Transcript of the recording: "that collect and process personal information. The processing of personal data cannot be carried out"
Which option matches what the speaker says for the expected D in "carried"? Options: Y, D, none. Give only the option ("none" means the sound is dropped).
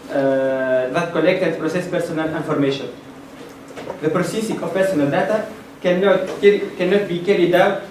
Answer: D